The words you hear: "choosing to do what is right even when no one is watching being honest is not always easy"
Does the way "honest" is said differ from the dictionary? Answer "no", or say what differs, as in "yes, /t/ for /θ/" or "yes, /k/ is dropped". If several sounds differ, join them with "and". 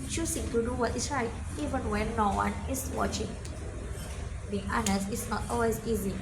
yes, /t/ is dropped